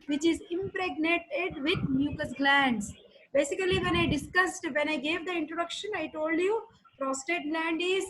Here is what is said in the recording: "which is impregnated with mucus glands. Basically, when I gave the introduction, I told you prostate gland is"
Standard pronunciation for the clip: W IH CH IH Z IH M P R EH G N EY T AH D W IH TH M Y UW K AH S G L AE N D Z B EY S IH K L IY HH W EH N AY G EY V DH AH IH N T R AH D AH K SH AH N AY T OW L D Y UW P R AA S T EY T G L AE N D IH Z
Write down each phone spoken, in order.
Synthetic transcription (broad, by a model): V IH CH IH Z IH M P R EH G N EY T AH D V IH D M Y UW K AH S G L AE N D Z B EY S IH K L IY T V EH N AY G EY V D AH IH N T R AH D AH K SH AH N AY T OW L D Y UW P R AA S T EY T G L AE N D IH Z